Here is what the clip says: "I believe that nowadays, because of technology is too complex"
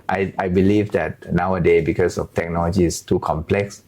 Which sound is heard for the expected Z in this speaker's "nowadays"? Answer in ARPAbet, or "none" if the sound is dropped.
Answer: none